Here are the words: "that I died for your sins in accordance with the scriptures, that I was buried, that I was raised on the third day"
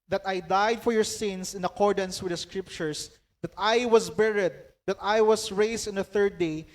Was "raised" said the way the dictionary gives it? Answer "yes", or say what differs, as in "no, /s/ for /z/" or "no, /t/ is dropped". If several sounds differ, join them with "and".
no, /s/ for /z/